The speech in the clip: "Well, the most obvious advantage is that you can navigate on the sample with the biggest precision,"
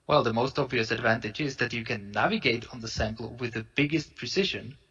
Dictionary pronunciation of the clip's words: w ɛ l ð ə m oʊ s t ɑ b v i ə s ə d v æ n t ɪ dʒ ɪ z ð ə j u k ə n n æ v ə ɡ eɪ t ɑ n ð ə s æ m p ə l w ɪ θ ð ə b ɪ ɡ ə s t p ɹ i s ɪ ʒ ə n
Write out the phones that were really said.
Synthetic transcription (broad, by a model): w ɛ l ð ə m oʊ s t ɑ b v i ə s ə d v æ n t ɪ dʒ ɪ z ð ə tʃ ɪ k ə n n æ v ə ɡ eɪ t n ð ə s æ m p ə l w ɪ ð ə b ɪ ɡ ə s t p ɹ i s ɪ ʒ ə n